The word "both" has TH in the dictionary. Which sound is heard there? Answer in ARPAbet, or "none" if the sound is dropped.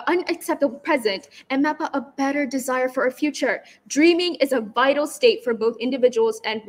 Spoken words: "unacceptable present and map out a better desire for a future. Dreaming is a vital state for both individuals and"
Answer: TH